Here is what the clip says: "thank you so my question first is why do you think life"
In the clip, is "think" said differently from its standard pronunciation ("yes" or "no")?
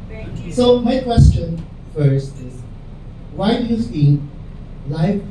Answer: yes